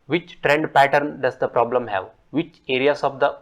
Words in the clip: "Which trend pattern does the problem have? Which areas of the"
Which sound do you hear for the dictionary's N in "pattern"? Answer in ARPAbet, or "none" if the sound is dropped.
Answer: N